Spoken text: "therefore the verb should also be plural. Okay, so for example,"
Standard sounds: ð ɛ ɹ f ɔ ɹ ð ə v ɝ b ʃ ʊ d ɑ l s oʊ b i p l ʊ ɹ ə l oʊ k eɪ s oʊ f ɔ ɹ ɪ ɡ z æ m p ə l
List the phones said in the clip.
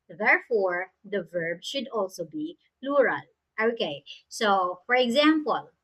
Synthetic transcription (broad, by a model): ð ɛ ɹ f ɔ ɹ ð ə v ɝ b ʃ ʊ d ɑ l s oʊ b i p l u ɹ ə l oʊ k eɪ s oʊ f ɔ ɹ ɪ ɡ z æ m p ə l